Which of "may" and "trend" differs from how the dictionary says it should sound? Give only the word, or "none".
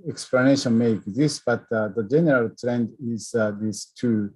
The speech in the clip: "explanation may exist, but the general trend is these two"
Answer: none